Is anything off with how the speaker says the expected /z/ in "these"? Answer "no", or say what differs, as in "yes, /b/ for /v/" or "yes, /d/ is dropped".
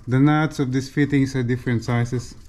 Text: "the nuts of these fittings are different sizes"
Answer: yes, /s/ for /z/